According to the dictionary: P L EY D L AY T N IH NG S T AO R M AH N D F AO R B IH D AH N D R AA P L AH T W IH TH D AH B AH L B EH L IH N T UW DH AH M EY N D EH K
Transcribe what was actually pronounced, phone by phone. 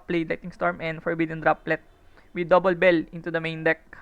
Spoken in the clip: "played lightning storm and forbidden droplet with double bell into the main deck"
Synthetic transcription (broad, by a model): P L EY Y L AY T IH NG S T AO R M AH N D F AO R B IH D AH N D R AA P L AH T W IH D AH B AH L B EH L IH N T UW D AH M EY N D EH K